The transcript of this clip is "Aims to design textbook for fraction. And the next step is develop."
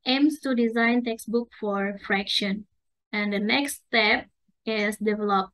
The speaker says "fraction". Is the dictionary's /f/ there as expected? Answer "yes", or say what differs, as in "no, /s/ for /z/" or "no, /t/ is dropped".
yes